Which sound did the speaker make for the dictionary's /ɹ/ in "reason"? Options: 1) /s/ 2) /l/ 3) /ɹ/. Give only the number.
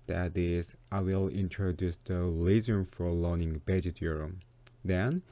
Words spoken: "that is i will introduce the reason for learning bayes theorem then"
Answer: 2